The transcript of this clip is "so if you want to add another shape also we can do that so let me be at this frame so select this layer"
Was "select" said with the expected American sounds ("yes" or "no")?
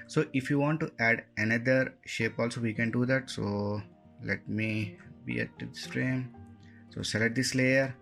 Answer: no